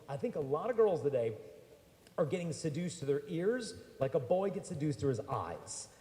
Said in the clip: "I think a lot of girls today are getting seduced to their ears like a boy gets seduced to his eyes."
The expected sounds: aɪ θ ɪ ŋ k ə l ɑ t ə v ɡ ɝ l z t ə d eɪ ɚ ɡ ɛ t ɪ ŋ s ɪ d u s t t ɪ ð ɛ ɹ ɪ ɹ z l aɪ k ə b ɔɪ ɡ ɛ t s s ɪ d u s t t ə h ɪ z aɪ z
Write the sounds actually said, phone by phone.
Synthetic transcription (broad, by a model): aɪ θ ɪ ŋ k ə l ɑ t ə v ɡ ɝ l z t ə d eɪ ɚ ɡ ɛ t ɪ ŋ s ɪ d u s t t ɪ ð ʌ ɹ ɪ ɹ z l aɪ k ə b ɔɪ ɡ ɛ t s s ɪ d u s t t ə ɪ z aɪ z